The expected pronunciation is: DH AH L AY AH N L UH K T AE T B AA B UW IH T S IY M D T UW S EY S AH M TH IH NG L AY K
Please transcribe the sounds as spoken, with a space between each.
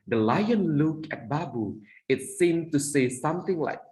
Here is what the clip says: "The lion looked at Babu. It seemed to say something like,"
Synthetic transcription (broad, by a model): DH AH L AY AH N L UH K AE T B AA B UW IH T S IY M T UW S EY S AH M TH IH NG L AY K